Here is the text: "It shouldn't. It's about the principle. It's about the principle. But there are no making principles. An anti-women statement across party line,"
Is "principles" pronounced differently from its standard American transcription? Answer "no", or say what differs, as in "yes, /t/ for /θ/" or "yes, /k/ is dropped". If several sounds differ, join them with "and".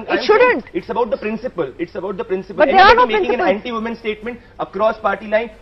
yes, /n/ is dropped